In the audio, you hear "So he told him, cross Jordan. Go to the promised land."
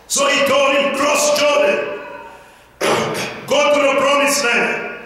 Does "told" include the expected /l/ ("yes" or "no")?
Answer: no